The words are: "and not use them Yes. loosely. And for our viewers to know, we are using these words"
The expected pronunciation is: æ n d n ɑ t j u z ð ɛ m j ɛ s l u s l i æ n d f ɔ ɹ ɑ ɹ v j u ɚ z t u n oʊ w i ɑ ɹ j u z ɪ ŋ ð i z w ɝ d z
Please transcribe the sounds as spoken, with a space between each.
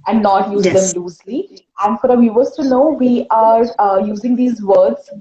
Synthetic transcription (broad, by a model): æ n d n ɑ t j u z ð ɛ m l u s l i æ n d f ɔ ɹ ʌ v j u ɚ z t u n oʊ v i ɑ ɹ j u z ɪ ŋ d i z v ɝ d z